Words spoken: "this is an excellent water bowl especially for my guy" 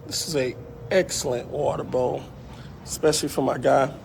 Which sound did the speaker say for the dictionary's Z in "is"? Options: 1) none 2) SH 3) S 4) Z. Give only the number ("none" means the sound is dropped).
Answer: 4